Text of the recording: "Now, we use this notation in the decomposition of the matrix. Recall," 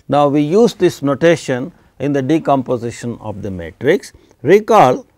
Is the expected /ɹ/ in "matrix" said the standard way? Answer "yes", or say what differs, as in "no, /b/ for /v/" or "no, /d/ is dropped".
yes